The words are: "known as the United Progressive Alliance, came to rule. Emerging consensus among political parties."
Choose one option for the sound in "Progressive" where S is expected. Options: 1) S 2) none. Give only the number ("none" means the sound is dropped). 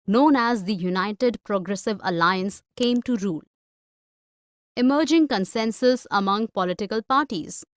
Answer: 1